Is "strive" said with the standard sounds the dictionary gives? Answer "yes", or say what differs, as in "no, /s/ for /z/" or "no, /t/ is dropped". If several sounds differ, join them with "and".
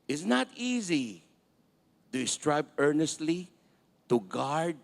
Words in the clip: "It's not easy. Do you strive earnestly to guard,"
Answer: no, /b/ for /v/